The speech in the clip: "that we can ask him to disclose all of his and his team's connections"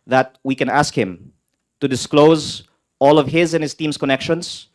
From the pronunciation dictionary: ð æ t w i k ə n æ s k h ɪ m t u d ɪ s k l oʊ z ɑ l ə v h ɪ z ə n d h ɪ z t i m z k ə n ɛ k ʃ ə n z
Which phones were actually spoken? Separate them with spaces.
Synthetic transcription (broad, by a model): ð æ t w i k ə n æ s k h ɪ m t u d ɪ s k l oʊ z ɑ l ə v h ɪ z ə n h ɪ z t i m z k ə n ɛ k ʃ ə n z